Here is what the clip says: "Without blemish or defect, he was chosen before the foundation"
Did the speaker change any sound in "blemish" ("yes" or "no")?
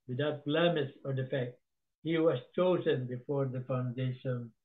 yes